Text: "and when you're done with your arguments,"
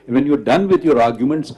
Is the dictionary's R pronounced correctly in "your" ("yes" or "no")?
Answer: yes